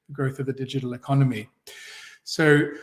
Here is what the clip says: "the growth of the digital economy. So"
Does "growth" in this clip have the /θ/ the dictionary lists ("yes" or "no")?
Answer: yes